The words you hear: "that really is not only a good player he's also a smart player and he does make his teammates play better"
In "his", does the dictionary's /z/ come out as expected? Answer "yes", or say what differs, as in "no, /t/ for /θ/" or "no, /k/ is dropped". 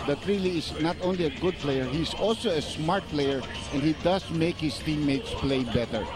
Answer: no, /s/ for /z/